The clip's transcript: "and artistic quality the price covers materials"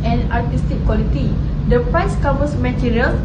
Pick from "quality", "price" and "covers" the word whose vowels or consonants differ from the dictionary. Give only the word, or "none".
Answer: covers